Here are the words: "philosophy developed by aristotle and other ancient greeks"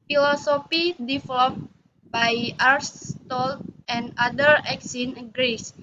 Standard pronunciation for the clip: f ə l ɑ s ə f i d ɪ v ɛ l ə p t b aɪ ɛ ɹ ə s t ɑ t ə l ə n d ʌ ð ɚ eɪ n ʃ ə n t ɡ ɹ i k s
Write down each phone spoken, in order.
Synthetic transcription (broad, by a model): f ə l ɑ s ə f i d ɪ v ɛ l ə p b aɪ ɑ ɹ s t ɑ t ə n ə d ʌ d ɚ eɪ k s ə n ɡ ɹ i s